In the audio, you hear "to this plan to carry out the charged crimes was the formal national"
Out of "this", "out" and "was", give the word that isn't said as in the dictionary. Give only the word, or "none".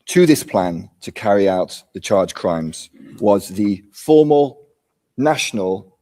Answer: none